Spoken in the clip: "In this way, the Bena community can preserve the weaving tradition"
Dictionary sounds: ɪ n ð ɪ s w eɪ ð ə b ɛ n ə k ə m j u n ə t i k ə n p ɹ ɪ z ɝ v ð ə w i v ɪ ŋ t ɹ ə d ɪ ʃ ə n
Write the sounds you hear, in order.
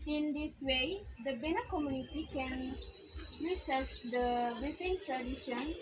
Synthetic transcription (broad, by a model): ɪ n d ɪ s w eɪ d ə b ɛ n ə k ə m j u n ə t i k ə n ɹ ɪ s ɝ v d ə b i f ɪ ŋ t ɹ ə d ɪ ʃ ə n